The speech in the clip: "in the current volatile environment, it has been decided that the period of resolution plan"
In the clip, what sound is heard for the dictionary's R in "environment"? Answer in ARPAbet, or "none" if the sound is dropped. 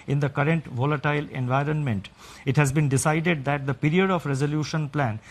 R